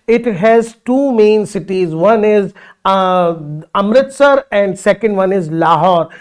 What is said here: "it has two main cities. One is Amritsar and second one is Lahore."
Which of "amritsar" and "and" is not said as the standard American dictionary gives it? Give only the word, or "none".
none